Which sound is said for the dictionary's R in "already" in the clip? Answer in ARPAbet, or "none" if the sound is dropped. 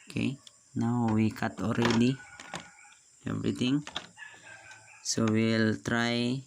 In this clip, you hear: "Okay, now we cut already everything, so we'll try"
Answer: R